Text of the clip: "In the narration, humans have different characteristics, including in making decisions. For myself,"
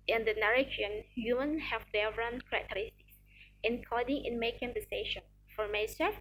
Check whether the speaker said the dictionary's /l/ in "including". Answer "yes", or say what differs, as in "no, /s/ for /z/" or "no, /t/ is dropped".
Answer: no, /l/ is dropped